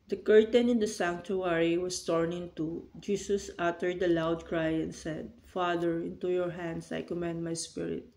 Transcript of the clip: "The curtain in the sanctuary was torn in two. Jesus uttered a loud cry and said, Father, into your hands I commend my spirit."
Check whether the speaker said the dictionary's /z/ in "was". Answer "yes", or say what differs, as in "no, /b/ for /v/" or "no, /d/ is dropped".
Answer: no, /s/ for /z/